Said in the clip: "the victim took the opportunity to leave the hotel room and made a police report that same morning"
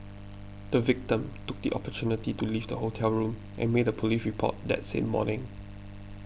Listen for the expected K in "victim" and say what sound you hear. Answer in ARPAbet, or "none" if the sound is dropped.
K